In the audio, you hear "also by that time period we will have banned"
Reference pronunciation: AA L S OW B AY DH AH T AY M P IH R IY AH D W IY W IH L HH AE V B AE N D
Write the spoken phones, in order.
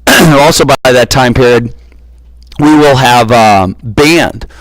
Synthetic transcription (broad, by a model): AA L S OW B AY DH AH T AY M P IH R IY AH D W IY W IH L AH V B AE N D